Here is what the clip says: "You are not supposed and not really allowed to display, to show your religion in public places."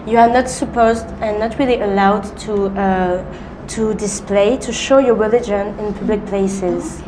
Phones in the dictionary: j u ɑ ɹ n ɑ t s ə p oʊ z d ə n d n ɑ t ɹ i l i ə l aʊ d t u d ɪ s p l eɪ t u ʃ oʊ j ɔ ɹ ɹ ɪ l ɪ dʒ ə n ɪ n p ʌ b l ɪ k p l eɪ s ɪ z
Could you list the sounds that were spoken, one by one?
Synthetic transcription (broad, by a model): j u ɑ ɹ n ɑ t s ə p oʊ z d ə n n ɑ t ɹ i l i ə l aʊ d t u d ɪ s p l eɪ t u ʃ oʊ j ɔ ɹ ɹ ɪ l ɪ dʒ ə n ɪ n p ʌ b l ɪ k p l eɪ s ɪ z